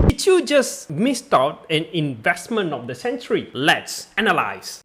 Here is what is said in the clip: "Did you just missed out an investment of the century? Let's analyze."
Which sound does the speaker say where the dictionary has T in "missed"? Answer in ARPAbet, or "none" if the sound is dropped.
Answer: T